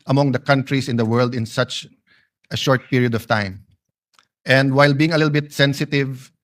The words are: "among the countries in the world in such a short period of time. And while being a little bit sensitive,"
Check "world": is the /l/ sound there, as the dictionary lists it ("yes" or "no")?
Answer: yes